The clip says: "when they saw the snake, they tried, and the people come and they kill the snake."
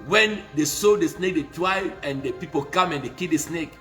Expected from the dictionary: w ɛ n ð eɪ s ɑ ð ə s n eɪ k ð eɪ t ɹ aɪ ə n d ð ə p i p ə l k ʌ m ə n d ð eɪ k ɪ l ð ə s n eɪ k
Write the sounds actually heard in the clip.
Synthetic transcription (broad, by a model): w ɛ n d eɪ s ɑ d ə s n eɪ k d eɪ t w aɪ ə n d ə p i p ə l k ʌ m ə n d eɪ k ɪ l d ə s n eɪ k